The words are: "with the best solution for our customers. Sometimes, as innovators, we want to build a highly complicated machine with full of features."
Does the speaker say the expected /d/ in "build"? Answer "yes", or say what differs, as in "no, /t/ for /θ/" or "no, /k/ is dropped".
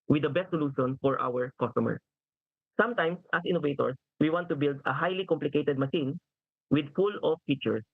yes